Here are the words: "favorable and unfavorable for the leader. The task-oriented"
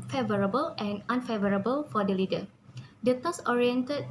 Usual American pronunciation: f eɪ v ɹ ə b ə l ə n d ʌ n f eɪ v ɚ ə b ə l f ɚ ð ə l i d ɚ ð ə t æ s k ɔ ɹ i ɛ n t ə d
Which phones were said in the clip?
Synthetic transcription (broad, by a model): f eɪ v ɹ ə b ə l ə n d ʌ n f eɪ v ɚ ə b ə l f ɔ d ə l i d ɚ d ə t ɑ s ɔ ɹ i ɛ n t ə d